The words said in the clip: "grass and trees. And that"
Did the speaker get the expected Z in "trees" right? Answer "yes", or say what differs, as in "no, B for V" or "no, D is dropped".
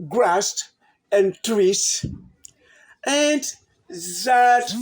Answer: no, S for Z